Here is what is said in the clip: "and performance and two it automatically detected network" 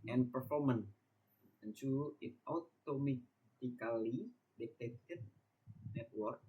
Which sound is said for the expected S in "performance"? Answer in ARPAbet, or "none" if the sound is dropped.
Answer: none